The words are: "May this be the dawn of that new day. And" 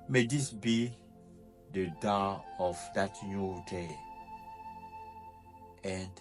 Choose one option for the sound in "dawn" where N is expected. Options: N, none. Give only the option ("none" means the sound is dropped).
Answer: none